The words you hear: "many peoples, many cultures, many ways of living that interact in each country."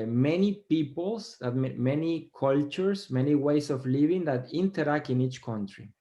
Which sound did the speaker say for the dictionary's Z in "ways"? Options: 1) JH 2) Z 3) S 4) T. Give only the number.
3